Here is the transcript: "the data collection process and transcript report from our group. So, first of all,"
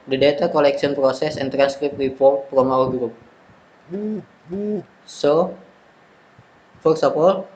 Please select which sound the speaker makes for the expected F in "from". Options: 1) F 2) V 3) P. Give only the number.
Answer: 3